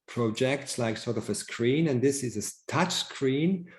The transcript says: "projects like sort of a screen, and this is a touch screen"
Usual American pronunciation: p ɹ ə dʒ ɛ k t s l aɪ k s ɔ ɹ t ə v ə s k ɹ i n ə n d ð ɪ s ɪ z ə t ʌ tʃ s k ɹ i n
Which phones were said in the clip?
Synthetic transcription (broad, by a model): p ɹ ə dʒ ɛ k t s l aɪ k s ɔ ɹ t ə v ə s k ɹ i n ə n ð ɪ s ɪ z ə t ʌ tʃ s k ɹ i n